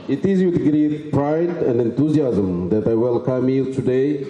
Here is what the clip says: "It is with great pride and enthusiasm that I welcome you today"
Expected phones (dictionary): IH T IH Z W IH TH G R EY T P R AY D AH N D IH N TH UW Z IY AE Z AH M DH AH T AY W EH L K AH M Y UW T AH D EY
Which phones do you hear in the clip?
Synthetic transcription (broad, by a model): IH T IH Z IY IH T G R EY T P R AY D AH N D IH N T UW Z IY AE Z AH M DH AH T AY W EH L K AH M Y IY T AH D EY